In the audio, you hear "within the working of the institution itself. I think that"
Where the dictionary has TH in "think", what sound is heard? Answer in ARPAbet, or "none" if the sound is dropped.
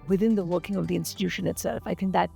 TH